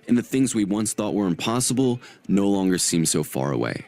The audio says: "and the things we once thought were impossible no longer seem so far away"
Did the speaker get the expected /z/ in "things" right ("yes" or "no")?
yes